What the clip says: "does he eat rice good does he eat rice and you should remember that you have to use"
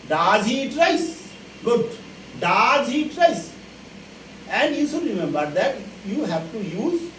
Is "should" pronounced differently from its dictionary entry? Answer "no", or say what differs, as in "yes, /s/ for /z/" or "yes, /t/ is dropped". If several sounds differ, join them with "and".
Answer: yes, /s/ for /ʃ/